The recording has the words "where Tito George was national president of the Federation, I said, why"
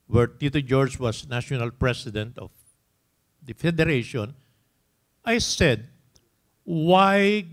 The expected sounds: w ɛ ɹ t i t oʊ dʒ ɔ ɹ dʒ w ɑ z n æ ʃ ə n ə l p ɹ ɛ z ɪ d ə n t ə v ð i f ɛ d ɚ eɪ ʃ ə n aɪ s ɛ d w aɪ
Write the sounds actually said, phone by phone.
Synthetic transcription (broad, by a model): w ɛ ɹ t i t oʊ dʒ ɔ ɹ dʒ w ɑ s n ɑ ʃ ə n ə l p ɹ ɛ s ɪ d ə n t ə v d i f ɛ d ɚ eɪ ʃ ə n aɪ s ɛ d w aɪ